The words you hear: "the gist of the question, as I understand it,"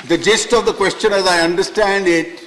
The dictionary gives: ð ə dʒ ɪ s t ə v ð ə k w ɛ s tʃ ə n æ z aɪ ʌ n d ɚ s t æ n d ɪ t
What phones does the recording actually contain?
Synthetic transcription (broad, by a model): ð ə dʒ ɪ s t ə v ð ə k w ɛ s tʃ ə n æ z aɪ ʌ n d ɚ s t æ n d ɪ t